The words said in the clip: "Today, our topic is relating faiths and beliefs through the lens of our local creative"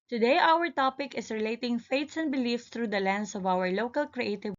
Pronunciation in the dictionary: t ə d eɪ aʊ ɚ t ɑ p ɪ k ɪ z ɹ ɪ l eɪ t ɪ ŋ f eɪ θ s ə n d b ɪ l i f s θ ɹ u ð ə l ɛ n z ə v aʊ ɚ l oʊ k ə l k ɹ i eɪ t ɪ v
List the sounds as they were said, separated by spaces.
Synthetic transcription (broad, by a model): t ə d eɪ aʊ ɚ t ɑ p ɪ k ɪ s ɹ ɪ l eɪ t ɪ ŋ f eɪ t s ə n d b ɪ l i f s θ ɹ u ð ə l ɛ n s ə v aʊ ɚ l oʊ k ə l k ɹ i eɪ t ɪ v